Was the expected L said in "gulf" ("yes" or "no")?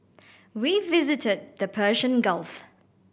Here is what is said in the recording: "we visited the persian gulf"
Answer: yes